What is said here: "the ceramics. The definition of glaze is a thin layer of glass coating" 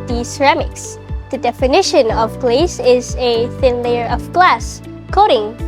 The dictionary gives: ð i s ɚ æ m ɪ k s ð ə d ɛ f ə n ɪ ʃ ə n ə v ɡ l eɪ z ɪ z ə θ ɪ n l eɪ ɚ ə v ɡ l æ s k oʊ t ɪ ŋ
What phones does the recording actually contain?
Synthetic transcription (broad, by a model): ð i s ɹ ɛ m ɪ k s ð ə d ɛ f ə n ɪ ʃ ə n ə v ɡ l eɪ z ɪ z ə θ ɪ n l eɪ ɚ ə v ɡ l æ s k oʊ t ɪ ŋ